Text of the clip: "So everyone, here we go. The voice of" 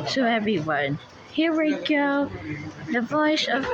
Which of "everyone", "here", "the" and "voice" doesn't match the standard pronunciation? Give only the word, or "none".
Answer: voice